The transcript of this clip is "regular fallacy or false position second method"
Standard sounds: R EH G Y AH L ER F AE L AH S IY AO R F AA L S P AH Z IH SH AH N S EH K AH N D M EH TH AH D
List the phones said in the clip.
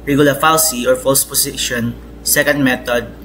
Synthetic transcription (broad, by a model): R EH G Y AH L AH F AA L S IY AO R F AA L S P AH S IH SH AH N S EH K AH N D M EH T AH D